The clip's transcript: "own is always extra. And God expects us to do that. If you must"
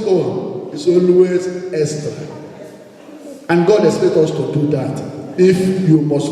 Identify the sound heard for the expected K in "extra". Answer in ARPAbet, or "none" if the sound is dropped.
none